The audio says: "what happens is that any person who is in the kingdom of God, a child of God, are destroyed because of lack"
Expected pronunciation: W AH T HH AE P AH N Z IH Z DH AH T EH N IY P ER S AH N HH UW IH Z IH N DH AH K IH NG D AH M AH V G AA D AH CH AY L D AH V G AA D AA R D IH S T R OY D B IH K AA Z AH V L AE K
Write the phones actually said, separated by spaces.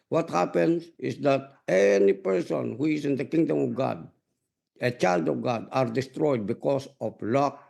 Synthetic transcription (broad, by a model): W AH T HH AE P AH N S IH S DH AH T EH N IY P ER S AH N HH UW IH S IH N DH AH K IH NG D AH M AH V G AA D AH CH AY L D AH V G AA D AA R D IH S T R OY D B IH K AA S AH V L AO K